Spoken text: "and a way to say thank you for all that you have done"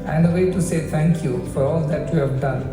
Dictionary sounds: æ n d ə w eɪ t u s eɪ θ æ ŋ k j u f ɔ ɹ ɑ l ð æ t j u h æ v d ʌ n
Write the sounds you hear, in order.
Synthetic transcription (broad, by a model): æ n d ə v eɪ t u s eɪ t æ ŋ k j u f ɔ ɹ ɑ l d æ t j u h æ v d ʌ n